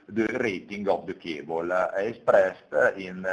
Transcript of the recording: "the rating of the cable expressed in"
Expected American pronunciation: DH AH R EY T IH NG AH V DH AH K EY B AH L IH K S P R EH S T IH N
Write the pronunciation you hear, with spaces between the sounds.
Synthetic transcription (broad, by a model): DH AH R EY T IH NG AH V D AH K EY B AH L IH S P R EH S T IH N